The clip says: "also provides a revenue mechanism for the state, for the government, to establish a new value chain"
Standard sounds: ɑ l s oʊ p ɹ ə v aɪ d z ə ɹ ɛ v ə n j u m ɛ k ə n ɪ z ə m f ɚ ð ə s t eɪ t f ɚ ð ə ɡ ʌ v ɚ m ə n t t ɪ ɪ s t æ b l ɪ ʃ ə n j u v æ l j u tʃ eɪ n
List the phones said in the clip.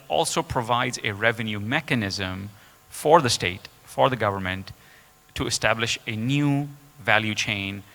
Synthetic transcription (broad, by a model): ɑ l s oʊ p ɹ ə v aɪ d z ə ɹ ɛ v ə n j u m ɛ k ə n ɪ z ə m f ɚ ð ə s t eɪ t f ɚ ð ə ɡ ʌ v ɚ m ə n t t ɪ ɪ s t æ b l ɪ ʃ ə n j u v æ l j u tʃ eɪ n